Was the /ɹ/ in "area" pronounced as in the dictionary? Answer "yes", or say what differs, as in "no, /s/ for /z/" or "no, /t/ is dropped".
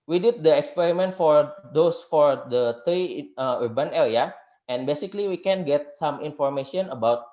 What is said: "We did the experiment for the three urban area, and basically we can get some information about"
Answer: no, /l/ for /ɹ/